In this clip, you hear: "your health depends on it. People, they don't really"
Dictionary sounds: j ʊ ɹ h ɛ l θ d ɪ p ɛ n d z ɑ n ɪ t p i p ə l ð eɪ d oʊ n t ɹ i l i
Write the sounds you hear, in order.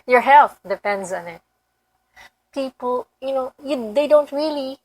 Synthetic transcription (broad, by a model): j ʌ ɹ h ɛ l θ d ɪ p ɛ n d z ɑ n ɪ t p i p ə n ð eɪ d oʊ n t ɹ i l i